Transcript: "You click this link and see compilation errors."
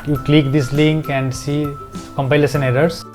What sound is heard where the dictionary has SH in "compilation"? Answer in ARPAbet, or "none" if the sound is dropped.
S